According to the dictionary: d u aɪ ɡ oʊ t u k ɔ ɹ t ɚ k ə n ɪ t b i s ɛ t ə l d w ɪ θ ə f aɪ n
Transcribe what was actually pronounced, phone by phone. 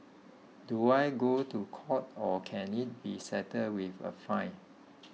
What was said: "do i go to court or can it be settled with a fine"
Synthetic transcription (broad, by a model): d u aɪ ɡ oʊ t u k ɔ t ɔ k ə n ɪ t b i s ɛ t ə d w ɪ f ə f aɪ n